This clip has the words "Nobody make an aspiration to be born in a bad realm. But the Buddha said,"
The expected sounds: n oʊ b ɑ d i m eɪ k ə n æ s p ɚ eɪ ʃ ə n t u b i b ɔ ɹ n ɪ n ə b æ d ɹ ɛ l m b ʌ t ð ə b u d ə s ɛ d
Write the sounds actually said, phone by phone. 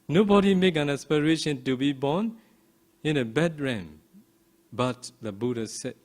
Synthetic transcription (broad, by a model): n oʊ b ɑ d i m eɪ k ə n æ s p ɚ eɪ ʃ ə n t u b i b ɔ n ɪ n ə b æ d ɹ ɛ m b ʌ t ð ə b u d ə s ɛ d